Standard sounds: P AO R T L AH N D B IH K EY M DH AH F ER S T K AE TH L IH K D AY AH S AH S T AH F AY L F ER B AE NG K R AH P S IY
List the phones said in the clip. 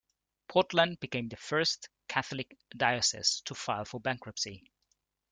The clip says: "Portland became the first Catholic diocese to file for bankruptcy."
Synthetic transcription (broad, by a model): P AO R T L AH N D B IH K EY M DH AH F ER S T K AE TH L IH K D AY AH S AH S T AH F AY L F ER B AE NG K R AH P S IY